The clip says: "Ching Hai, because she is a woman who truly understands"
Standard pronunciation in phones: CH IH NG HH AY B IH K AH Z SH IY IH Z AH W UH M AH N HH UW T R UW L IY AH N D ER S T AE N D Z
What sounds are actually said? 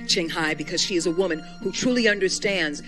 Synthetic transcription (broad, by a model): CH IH NG HH AY B IH K AH Z SH IY IH Z AH W UH M AH N HH UW T R UW L IY AH N D ER S T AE N D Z